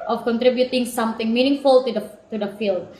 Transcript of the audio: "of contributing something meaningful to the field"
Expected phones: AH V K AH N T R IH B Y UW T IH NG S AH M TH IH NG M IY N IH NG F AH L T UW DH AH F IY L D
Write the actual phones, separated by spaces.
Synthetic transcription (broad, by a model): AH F K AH N T R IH B Y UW T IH NG S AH M T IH NG M IY N IH NG F AH L T UW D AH F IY L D